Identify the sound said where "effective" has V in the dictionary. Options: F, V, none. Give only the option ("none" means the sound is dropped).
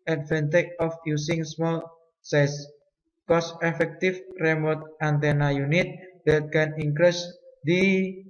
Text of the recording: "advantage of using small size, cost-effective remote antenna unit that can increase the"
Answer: F